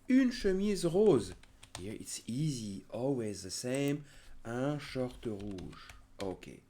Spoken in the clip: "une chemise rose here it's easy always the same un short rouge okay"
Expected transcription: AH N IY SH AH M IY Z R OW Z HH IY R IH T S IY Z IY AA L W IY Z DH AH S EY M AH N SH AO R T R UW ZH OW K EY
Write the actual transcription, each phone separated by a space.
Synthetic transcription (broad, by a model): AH N SH AH M IY Z R OW Z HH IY IH T S IY Z IY AA L W IY Z DH AH S EY M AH SH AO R T R UW ZH OW K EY